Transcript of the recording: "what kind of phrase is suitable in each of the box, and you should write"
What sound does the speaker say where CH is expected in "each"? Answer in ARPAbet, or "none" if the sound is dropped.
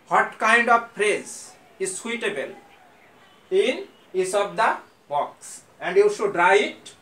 S